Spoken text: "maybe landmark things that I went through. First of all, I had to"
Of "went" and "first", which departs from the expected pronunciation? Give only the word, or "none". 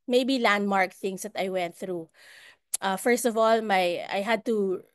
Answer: none